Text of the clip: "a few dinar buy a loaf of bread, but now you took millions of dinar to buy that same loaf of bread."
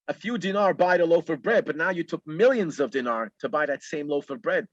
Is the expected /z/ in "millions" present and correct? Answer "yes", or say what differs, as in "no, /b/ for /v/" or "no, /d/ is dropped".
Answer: yes